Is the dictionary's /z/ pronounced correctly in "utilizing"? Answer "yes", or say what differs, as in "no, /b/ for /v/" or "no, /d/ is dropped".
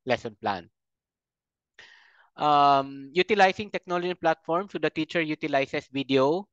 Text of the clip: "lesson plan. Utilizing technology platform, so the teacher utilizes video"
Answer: no, /s/ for /z/